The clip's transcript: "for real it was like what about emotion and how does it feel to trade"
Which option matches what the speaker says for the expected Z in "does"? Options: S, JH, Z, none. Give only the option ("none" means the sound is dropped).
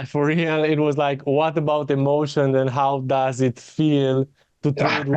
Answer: Z